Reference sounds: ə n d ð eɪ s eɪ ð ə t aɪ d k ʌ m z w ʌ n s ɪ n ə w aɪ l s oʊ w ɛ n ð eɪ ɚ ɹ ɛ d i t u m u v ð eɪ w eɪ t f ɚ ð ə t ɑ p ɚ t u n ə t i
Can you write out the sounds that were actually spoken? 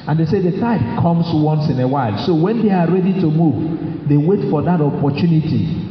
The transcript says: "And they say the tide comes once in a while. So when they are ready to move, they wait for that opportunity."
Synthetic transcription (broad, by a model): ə n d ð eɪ s eɪ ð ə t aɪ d k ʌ m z w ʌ n s ɪ n ə w aɪ l s oʊ w ɛ n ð eɪ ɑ ɹ ɛ d i t u m u v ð eɪ w eɪ t f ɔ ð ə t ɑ p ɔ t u n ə t i